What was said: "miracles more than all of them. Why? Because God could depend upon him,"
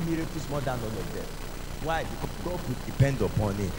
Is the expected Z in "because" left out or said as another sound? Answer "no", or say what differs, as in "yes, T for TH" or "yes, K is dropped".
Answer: yes, Z is dropped